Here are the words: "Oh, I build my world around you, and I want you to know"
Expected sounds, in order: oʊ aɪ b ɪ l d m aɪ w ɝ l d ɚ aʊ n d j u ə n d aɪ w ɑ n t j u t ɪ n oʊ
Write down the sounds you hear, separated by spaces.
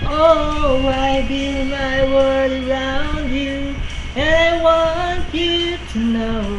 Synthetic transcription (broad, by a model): oʊ aɪ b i m aɪ w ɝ d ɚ aʊ n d j u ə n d aɪ w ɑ n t j u t ɪ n oʊ